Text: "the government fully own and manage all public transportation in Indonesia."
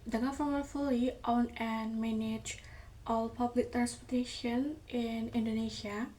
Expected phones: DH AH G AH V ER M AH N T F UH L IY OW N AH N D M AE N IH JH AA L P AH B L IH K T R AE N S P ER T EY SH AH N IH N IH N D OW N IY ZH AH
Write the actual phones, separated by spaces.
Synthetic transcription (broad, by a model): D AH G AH F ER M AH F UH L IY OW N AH N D M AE N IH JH AA L P AH B L IH K T R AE N S P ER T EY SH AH N IH N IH N D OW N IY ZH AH